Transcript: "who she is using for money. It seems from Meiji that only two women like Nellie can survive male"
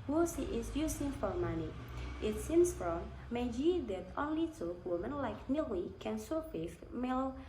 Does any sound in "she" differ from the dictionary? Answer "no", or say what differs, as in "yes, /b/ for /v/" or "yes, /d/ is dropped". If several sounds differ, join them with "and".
yes, /s/ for /ʃ/